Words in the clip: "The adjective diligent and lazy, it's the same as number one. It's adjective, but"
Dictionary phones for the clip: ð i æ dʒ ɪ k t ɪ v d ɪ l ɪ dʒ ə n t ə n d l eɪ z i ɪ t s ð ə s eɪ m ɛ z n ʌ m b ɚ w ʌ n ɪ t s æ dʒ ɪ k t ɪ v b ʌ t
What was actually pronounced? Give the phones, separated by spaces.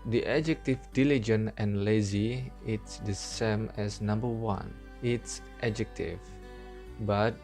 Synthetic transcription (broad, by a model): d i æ dʒ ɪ k t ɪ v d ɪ l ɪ dʒ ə n ə n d l eɪ z i ɪ t s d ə s eɪ m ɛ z n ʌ m b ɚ w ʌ n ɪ t s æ dʒ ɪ k t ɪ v b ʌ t